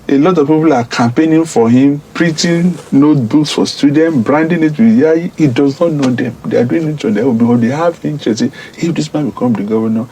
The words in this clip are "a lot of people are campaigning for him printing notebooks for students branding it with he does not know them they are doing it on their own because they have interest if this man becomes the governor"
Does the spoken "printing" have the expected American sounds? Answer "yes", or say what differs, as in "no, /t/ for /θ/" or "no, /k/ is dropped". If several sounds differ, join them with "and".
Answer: no, /n/ is dropped